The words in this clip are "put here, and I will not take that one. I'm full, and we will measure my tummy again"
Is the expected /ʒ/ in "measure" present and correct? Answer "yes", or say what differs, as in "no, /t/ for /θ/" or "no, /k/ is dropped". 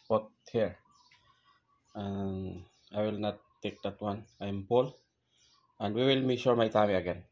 no, /ʃ/ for /ʒ/